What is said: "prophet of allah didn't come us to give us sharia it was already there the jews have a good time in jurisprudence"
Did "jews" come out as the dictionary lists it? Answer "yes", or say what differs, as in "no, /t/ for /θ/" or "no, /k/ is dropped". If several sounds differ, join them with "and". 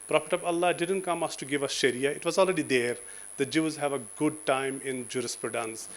yes